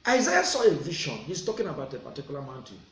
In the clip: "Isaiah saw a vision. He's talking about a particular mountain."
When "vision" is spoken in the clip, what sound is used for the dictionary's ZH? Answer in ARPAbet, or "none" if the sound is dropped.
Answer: SH